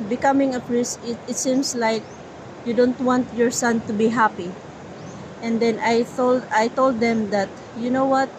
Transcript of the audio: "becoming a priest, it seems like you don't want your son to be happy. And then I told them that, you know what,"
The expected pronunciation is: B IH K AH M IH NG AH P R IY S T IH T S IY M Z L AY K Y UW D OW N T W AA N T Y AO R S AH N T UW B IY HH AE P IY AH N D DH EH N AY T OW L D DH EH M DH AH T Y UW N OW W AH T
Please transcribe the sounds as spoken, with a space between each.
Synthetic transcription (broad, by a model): B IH K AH M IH NG AH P R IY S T IH T S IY M S L AY K Y UW D OW N T W AA N T Y AO R S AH N T UW B IY HH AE P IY AH N D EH N AY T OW L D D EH M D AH T Y UW N OW W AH T